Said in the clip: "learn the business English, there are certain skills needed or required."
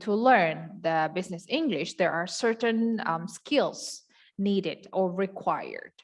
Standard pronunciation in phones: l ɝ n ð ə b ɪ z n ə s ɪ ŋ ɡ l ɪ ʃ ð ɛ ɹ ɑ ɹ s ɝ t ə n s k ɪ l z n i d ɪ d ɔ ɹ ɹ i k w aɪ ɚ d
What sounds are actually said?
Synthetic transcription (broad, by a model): l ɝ n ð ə b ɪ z n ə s ɪ ŋ ɡ l ɪ ʃ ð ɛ ɹ ɑ ɹ s ɝ t ə n s k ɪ l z n i d ɪ d ɔ ɹ ɹ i k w aɪ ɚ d